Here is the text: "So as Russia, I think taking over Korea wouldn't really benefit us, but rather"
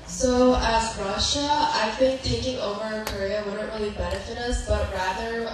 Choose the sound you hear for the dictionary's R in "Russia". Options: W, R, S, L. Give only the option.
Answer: R